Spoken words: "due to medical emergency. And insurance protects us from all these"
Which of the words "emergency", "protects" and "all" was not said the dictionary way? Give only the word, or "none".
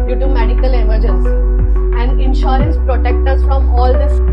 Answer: protects